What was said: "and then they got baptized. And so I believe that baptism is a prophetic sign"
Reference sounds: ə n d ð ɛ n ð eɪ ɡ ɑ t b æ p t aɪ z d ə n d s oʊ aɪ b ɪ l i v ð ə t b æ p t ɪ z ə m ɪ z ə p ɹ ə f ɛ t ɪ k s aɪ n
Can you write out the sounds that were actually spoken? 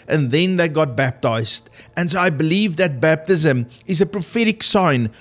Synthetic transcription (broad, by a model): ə n ð ɛ n ð eɪ ɡ ɑ t b æ p t aɪ z d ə n s oʊ aɪ b ɪ l i v ð ə t b æ p t ɪ z ə m ɪ z ə p ɹ ə f ɛ t ɪ k s aɪ n